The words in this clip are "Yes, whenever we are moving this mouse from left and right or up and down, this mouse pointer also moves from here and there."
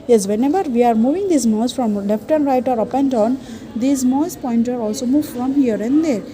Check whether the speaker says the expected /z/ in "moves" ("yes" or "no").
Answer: no